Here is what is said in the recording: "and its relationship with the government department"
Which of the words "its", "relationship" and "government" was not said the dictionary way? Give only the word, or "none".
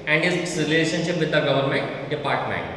its